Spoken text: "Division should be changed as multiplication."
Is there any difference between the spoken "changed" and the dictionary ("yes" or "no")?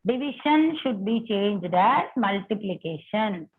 no